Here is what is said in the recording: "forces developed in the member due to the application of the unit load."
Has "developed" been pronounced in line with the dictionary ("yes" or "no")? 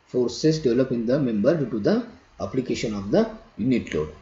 no